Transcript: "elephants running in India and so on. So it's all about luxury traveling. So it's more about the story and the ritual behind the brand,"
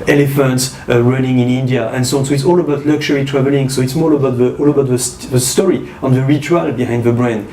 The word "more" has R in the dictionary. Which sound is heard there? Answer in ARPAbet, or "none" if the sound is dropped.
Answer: L